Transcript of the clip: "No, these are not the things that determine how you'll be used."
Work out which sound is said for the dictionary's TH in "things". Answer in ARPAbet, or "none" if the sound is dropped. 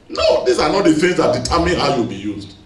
F